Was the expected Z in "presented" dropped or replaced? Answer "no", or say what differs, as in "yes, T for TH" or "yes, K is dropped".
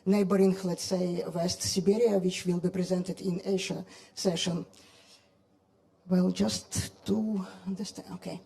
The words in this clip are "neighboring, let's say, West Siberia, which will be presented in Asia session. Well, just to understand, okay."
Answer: no